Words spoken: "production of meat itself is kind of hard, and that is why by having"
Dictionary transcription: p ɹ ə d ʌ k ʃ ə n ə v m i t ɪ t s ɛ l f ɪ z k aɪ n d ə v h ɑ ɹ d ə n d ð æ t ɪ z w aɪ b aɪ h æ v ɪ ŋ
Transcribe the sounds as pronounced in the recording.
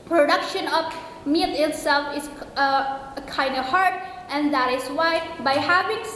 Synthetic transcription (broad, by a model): p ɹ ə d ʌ k ʃ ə n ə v m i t ɪ t s ɛ l f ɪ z k aɪ n d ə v h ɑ ɹ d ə n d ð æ t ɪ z w aɪ b aɪ h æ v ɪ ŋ